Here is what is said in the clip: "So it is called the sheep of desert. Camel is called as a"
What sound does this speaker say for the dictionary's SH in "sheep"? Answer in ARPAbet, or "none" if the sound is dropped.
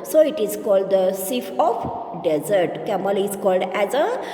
S